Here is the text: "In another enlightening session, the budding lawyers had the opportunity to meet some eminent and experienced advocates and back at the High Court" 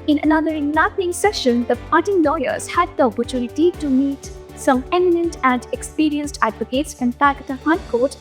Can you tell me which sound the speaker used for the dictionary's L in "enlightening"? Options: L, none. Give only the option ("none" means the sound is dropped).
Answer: none